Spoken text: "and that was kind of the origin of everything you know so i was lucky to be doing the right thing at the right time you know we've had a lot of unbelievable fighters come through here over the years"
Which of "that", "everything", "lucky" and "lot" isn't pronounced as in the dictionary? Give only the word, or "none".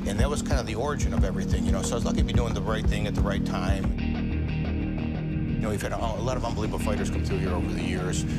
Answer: lucky